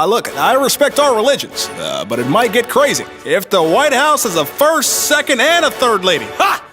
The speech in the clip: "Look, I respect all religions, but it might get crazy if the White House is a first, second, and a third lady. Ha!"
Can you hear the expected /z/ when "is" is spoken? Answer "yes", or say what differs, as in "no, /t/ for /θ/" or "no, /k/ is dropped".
yes